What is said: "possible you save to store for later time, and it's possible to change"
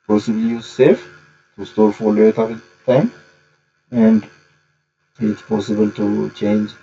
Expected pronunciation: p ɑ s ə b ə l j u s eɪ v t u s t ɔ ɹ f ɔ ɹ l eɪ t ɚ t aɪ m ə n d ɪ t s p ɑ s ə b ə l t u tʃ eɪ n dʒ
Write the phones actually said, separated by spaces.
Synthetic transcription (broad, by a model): p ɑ s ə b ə l j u s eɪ f t u s t ɔ ɹ f ɔ ɹ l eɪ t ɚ t aɪ m ə n d ɪ t s p ɑ s ə b ə l t u tʃ eɪ n dʒ